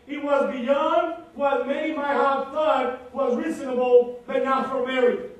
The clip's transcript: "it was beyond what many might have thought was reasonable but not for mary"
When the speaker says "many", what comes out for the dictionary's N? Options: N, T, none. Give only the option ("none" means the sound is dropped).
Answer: none